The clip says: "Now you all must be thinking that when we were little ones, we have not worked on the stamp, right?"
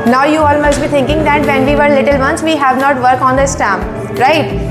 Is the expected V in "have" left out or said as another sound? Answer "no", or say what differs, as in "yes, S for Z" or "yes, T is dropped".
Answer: no